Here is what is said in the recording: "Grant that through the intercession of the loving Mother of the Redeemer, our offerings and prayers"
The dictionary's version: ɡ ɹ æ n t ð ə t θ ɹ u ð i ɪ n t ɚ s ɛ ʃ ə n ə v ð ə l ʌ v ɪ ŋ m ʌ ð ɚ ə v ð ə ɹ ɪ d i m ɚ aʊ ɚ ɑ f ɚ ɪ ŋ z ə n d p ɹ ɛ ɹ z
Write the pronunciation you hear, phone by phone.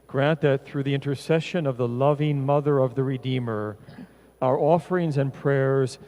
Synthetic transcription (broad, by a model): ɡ ɹ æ n ð ə t θ ɹ u ð i ɪ n t ɚ s ɛ ʃ ə n ə v ð ə l ʌ v ɪ ŋ m ʌ ð ɚ ə v ð ə ɹ ɪ d i m ɚ aʊ ɚ ɑ f ɚ ɪ ŋ z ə n p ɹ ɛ ɹ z